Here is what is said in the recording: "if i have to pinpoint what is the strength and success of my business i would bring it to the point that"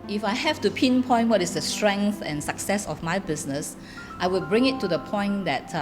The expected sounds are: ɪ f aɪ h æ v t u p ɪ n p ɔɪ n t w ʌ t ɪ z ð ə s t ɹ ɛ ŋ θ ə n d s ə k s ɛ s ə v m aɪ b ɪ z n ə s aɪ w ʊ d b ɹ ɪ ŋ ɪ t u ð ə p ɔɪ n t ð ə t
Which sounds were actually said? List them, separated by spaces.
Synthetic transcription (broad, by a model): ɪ f aɪ h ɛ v t u p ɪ n p ɔɪ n w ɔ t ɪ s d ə s t ɹ ɛ ŋ θ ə n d s ə k s ɛ s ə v m aɪ b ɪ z n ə s aɪ w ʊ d b ɹ ɪ ŋ ɪ t u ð ə p ɔɪ n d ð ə t